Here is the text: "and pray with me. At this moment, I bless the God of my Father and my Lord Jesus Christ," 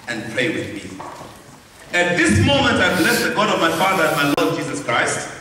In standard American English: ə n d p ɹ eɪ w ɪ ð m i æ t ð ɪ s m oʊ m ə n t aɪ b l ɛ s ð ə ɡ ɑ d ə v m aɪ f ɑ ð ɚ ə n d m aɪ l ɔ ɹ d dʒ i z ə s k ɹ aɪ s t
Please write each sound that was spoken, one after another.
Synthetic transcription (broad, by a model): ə n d p ɹ eɪ w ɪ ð m i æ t ð ɪ s m oʊ m ə n t aɪ b l ɛ s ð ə ɡ ɑ d ə v m aɪ f ɑ ð ɚ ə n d m aɪ l ɔ d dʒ i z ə s k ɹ aɪ s t